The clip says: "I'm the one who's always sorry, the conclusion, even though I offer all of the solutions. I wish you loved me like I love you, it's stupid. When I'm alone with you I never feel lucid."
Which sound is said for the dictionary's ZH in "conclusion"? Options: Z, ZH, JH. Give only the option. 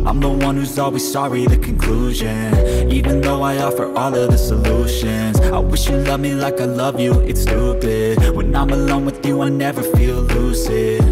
ZH